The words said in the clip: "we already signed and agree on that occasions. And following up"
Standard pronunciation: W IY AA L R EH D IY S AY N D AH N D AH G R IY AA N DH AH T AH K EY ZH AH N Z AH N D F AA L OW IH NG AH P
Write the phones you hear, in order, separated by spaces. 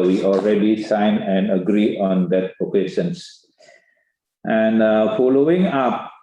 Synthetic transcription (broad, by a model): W IY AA L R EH D IY S AY N AH N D AH G R IY AA N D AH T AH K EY SH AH N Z AH N D F AA L OW IH NG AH P